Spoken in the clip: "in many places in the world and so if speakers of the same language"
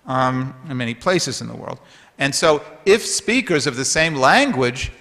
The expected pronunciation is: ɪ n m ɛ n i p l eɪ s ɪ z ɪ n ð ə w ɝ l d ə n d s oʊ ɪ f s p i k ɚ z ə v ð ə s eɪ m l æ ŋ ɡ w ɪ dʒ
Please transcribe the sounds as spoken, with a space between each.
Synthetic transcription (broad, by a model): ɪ n m ɛ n i p l eɪ s ɪ z ɪ n ð ə w ɝ l d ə n s oʊ ɪ f s p i k ɚ z ə v ð ə s eɪ m l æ ŋ ɡ w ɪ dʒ